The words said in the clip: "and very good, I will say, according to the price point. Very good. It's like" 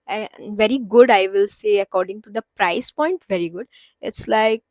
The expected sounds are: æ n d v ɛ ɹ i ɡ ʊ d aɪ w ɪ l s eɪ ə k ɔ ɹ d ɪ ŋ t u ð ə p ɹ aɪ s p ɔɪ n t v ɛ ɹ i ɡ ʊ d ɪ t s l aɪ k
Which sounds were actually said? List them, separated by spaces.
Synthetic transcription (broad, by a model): v ɛ ɹ i ɡ ʊ d aɪ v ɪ l s eɪ ə k ɔ ɹ d ɪ ŋ t u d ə p ɹ aɪ s p ɔɪ n t v ɛ ɹ i ɡ ʊ d ɪ t s l aɪ k